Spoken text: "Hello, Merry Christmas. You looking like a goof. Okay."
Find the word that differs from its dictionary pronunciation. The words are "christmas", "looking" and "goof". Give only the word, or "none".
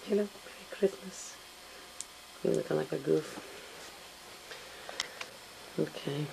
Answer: looking